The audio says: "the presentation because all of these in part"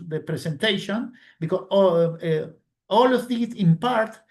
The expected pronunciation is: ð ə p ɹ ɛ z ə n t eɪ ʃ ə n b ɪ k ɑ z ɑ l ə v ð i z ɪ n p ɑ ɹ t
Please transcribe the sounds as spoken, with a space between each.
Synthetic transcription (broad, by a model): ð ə p ɹ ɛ s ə n t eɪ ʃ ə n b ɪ k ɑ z ɑ l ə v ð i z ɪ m p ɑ ɹ t